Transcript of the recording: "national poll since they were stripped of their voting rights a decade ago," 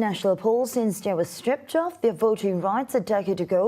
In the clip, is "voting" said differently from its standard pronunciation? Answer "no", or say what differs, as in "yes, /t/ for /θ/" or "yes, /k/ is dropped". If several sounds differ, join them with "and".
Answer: no